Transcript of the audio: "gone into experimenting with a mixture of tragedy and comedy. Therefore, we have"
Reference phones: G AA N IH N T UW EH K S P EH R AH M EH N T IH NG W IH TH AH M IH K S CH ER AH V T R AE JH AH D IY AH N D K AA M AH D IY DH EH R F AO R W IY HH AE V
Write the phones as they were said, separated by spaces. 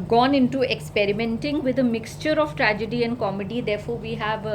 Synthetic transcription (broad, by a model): G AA N IH N T UW EH K S P EH R AH M EH N T IH NG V IH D AH M IH K S CH ER AH V T R AE JH AH D IY AH N D K AA M AH D IY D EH R F AO R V IY HH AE V